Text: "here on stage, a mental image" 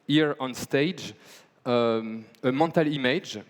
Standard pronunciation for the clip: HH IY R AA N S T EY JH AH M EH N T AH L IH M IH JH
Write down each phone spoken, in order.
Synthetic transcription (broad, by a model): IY R AA N S T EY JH AH M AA T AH L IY M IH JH